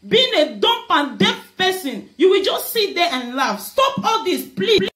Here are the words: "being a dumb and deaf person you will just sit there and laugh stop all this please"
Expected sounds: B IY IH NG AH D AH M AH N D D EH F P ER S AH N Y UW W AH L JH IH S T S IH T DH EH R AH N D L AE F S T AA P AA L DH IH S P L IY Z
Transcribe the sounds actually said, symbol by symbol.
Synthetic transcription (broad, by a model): B IY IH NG AH D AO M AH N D D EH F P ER S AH N Y UW W AH L JH IH S T S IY T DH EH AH N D L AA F S T AA P AA L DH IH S P L IY